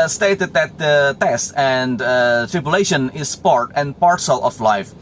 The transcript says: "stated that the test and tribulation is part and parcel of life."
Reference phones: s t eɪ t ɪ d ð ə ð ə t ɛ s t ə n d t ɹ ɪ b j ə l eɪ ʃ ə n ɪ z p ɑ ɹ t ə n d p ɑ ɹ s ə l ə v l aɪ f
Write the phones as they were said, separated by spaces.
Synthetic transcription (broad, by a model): s t eɪ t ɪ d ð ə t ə t ɛ s t ə n d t ɹ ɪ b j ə l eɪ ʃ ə n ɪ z p ɑ ɹ t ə n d p ɑ ɹ s ə l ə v l aɪ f